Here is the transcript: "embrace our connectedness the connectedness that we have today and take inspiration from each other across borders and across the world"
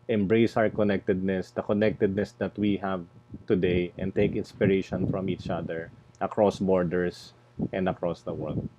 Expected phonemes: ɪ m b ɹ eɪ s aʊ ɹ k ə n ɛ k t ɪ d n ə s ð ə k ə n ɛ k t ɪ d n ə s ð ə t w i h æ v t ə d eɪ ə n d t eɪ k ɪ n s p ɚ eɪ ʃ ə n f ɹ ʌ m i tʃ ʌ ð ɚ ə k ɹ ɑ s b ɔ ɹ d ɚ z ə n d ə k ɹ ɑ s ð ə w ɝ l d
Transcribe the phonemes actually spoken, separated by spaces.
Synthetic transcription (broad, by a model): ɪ m b ɹ eɪ s aʊ ɹ k ə n ɛ k t ɪ d n ə s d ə k ə n ɛ k t ɪ d n ə s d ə t w i h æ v t ə d eɪ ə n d t eɪ k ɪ n s p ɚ eɪ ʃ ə n f ɹ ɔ m i tʃ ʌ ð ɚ ə k ɹ ɑ s b ɔ ɹ d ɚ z ə n d ə k ɹ ɑ s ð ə w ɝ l d